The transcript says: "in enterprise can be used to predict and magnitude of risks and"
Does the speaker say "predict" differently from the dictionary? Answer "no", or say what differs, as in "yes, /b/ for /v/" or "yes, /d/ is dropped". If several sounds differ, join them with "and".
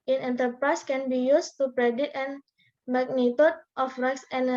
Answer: yes, /k/ is dropped